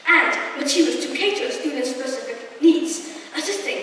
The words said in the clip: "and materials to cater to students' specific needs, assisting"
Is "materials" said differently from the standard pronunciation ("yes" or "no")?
yes